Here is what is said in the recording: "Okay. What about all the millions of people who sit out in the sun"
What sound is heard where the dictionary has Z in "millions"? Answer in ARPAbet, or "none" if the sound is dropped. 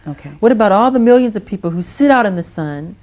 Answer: Z